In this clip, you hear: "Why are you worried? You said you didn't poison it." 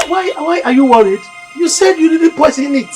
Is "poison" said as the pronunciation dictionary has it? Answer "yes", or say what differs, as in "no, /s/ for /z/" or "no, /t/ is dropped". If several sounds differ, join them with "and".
no, /s/ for /z/